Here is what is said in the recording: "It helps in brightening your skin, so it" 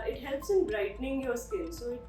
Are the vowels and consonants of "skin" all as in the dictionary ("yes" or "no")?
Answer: no